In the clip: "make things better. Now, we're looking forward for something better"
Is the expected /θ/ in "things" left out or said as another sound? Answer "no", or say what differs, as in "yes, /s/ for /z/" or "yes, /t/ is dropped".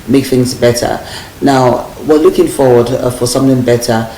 no